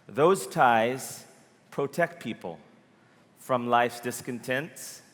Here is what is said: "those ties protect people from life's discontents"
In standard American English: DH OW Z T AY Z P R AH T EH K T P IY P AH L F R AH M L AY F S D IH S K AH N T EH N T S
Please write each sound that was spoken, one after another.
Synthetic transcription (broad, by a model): DH OW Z T AY Z P R AH T EH K T P IY P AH L F R AH M L AY F S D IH S K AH N T EH N T S